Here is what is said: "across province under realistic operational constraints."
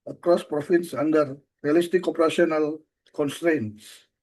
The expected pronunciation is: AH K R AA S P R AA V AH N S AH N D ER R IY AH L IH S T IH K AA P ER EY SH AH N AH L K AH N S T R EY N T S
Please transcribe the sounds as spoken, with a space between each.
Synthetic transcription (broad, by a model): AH K R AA S P R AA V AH N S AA N D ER R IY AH L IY S T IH K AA P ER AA S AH N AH L K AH N S T R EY N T S